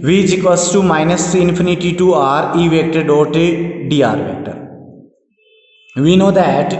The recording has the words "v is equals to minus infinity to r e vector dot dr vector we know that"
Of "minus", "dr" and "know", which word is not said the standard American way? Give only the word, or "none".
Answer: dr